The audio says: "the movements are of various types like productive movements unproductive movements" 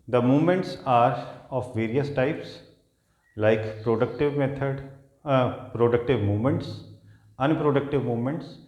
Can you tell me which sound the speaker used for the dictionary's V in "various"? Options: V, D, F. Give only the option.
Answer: V